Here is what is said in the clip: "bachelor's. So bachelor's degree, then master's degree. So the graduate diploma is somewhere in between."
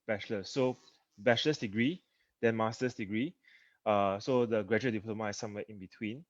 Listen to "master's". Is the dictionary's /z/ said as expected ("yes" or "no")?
no